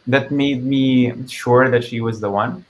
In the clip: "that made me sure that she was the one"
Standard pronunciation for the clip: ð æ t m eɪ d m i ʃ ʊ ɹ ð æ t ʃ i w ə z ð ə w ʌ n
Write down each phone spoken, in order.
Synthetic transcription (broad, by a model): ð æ t m eɪ d m i ʃ ʊ ɹ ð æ t ʃ i w ə z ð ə w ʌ n